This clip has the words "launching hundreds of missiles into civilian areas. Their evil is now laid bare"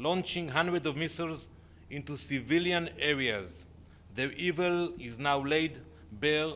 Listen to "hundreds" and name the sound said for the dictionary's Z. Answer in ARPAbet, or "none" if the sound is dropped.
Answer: none